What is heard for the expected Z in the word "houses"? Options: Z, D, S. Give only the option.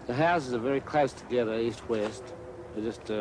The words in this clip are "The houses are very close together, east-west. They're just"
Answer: Z